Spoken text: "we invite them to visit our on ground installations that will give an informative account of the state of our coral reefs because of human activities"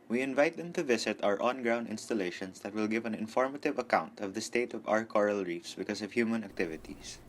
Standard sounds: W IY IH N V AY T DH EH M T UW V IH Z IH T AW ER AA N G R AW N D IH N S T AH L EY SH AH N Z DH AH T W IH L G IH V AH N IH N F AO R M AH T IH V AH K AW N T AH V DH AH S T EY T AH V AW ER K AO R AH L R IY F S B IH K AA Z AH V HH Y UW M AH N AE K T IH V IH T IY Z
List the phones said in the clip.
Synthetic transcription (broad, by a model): W IY IH N V AY T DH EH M T UW V IH S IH T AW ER AA N G R AW N D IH N S T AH L EY SH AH N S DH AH T W IH L G IH V AH N IH N F AO R M AH T IH V AH K AW N T AH V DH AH S T EY T AH V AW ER K AO R AH L R IY F S B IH K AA S AH V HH Y UW M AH N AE K T IH V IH T IY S